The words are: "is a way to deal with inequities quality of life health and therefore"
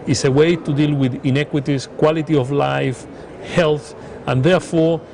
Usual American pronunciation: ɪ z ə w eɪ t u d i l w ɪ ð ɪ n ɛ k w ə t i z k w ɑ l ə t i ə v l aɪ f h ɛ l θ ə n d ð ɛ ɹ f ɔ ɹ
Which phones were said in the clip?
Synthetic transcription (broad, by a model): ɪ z ə w eɪ t u d i l w ɪ ð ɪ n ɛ k w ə t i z k w ɑ l ə t i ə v l aɪ f h ɛ l θ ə n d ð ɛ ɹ f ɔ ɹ